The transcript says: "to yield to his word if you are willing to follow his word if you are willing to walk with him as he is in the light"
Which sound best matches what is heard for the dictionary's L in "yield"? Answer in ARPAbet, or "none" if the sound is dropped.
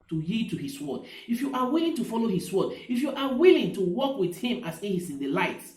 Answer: none